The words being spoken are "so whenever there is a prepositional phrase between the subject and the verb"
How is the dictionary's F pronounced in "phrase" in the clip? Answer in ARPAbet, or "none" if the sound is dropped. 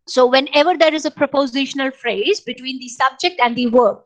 F